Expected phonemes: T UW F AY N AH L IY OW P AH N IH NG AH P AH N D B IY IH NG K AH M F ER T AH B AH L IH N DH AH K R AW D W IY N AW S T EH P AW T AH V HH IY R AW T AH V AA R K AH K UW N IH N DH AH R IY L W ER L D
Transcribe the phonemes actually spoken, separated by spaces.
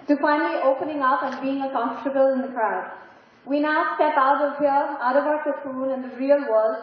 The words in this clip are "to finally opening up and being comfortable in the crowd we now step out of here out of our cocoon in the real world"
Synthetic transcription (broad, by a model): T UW F AY N AH L IY OW P AH N IH NG AH P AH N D B IY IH NG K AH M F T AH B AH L IH N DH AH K R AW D W IY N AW S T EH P AW T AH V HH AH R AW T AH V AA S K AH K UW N IH N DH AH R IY L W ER L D